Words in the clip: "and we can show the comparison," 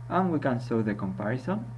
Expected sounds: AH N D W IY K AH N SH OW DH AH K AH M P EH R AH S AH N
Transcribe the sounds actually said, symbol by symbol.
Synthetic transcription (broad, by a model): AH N W IY K AH N S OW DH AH K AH M P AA R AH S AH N